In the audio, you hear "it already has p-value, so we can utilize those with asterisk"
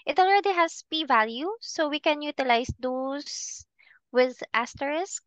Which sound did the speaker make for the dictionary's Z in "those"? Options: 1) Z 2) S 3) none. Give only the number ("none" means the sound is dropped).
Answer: 2